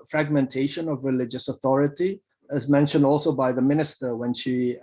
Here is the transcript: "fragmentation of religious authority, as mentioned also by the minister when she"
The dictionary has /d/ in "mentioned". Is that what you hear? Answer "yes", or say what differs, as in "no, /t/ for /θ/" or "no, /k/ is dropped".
yes